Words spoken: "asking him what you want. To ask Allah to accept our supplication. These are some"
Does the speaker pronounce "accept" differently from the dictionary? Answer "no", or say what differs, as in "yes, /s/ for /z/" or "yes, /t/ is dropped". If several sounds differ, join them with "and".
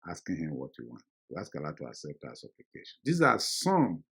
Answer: yes, /k/ is dropped